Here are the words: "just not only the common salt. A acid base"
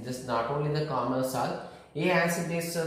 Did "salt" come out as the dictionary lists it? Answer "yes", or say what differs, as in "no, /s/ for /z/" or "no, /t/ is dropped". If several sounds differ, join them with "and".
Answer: no, /t/ is dropped